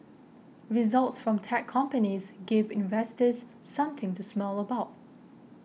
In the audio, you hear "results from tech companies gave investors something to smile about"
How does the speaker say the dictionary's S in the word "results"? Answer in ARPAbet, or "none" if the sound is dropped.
S